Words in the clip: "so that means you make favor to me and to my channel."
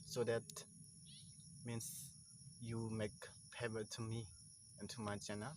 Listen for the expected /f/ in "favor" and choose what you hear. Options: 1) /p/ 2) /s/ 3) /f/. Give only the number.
1